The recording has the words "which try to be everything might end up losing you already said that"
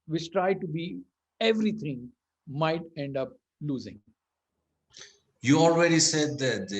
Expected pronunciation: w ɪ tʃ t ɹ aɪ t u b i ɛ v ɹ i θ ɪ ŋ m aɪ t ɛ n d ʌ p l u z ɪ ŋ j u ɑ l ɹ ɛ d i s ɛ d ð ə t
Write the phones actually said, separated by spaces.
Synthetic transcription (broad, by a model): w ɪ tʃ t ɹ aɪ t u b i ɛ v ɹ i t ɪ ŋ m aɪ t ɛ n d ʌ p l u z ɪ ŋ j u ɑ l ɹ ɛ d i s ɛ d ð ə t